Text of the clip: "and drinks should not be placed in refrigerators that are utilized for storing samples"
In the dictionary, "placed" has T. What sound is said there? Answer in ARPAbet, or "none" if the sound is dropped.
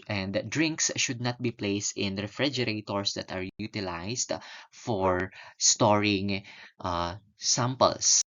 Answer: T